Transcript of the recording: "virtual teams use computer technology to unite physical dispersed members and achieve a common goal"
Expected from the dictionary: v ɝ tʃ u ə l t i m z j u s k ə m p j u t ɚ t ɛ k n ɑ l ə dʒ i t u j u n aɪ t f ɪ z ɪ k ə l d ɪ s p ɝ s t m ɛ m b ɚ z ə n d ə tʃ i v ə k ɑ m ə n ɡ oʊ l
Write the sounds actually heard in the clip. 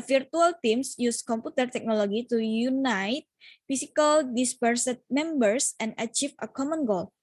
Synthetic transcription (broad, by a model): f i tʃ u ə l t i m s j u s k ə m p u t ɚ t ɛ k n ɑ l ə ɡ i t u j u n aɪ t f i s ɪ k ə l d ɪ s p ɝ s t m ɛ m b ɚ s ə n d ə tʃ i f ə k ɑ m ə n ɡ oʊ l